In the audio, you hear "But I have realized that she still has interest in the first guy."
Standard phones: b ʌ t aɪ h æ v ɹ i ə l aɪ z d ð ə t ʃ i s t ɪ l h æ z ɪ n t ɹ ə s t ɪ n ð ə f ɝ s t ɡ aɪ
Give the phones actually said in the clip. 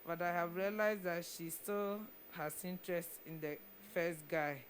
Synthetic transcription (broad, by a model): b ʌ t aɪ h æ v ɹ i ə l aɪ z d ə t ʃ i s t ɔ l h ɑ s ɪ n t ɹ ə s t ɪ n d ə f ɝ s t ɡ aɪ